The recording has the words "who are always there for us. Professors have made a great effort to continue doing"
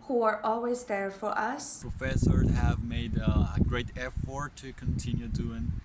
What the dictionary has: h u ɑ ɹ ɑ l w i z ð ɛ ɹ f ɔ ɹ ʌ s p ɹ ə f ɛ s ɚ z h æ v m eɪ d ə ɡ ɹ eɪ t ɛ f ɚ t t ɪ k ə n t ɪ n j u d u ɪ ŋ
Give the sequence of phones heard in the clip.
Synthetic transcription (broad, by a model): h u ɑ ɹ ɑ l w i z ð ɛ ɹ f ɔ ɹ ʌ s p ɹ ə f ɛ s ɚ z h æ v m eɪ d ə ɡ ɹ eɪ t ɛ f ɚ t t ɪ k ə n t ɪ n j u d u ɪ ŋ